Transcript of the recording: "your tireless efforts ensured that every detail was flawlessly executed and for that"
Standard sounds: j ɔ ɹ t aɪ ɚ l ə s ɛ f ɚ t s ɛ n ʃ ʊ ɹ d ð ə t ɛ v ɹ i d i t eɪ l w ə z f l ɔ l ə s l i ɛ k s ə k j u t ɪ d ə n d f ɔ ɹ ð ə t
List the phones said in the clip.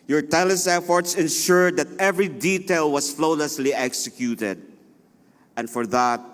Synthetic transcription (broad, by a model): j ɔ ɹ t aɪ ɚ l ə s ɛ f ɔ t s ɛ n ʃ ʊ ɹ d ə t ɛ v ɹ i d i t eɪ l w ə s f l ɔ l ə s l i ɛ k s ə k j u t ɪ d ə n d f ɔ ɹ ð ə t